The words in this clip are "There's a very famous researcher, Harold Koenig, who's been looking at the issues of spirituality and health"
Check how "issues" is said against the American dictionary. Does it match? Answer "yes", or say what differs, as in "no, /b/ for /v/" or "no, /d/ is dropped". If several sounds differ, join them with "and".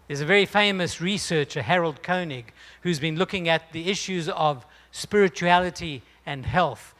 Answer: yes